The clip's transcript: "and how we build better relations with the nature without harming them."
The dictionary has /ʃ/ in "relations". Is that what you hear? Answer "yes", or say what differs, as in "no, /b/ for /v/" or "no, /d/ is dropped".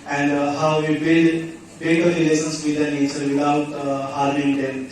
no, /s/ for /ʃ/